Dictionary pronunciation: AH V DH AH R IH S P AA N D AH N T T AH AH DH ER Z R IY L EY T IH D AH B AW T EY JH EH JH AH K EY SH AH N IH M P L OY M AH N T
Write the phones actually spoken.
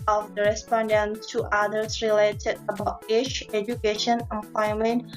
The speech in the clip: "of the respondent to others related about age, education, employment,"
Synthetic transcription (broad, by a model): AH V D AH R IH S P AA N D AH N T T AH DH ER S R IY L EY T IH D AH B AW T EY CH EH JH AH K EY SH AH N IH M P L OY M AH N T